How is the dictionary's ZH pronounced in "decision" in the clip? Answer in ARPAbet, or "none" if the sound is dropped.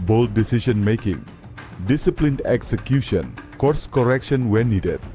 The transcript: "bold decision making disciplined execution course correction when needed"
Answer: S